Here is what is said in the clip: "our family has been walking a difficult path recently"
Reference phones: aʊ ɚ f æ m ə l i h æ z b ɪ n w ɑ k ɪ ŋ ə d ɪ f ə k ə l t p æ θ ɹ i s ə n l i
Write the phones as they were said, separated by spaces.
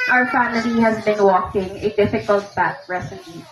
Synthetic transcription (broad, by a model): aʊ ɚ f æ m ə l i h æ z b ɪ n w ɑ k ɪ ŋ ə d ɪ f ə k ə l t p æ t ɹ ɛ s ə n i